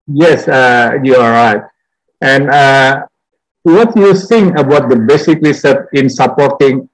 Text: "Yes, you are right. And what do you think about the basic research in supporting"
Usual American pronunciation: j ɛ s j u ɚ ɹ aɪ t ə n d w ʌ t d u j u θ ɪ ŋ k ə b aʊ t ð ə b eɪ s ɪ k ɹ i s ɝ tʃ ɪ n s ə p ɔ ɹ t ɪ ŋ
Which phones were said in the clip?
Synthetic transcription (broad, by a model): j ɛ s j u ɹ aɪ t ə n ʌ w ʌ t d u j u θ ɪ ŋ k ə b aʊ t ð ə b eɪ s ɪ k l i s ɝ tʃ ɪ n s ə p ɔ ɹ t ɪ ŋ